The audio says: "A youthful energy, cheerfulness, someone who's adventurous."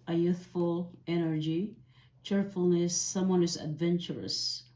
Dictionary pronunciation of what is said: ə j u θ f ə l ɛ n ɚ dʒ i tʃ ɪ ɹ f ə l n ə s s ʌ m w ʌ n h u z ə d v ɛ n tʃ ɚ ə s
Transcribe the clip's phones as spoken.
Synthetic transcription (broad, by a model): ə j u θ f ə l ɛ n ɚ dʒ i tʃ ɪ ɹ f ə l n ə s s ʌ m w ʌ n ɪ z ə d v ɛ n tʃ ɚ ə s